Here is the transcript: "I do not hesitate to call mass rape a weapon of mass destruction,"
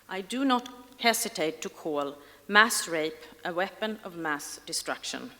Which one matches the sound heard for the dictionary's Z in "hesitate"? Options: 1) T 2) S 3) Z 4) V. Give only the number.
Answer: 2